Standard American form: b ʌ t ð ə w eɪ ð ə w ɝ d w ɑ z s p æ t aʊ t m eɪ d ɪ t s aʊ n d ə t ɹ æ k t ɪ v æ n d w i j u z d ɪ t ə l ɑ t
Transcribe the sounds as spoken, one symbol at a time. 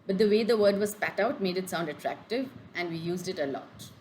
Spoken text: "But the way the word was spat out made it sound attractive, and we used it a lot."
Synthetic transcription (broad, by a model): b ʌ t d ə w eɪ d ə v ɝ d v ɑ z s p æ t aʊ t m eɪ d ɪ t s aʊ n d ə t ɹ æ k t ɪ v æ n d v i j u z d ɪ t ə l ɑ t